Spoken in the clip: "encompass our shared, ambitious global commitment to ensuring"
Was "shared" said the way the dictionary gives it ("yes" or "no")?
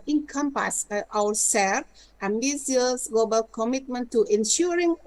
no